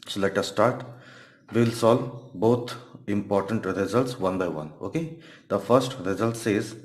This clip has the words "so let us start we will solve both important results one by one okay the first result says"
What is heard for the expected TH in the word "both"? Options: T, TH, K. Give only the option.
T